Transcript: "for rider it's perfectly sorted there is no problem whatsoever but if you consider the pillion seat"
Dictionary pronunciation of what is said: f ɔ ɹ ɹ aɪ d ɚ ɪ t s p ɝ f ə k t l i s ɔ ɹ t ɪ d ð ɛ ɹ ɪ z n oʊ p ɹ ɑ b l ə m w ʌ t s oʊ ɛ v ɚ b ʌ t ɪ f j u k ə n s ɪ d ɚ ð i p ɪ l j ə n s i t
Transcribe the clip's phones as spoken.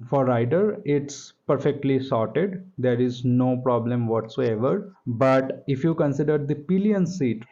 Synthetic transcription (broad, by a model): f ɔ ɹ ɹ aɪ d ɚ ɪ t s p ɝ f ə k t l i s ɔ ɹ t ɪ d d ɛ ɹ ɪ z n oʊ p ɹ ɑ b l ə m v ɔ t s oʊ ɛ v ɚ b ʌ t ɪ f j u k ə n s ɪ d ɚ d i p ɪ l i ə n s i t